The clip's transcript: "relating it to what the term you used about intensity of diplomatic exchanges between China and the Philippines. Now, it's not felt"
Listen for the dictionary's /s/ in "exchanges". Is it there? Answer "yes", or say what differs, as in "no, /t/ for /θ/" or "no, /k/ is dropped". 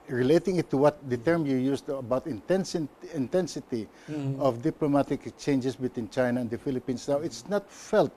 no, /s/ is dropped